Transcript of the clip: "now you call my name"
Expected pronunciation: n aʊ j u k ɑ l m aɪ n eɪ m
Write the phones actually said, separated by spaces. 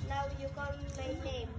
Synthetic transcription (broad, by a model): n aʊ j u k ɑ w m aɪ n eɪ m